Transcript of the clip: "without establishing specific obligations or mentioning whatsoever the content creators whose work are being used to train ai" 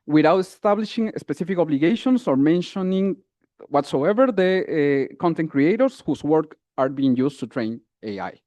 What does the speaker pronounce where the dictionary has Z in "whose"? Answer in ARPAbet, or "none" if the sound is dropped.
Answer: S